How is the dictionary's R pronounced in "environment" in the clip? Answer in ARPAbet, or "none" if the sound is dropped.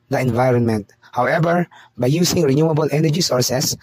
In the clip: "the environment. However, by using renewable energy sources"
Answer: R